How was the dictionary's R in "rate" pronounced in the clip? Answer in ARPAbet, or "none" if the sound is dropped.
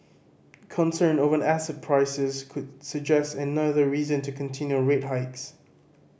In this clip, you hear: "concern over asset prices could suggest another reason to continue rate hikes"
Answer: R